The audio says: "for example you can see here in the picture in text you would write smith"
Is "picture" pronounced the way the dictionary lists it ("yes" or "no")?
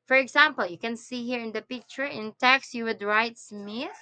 yes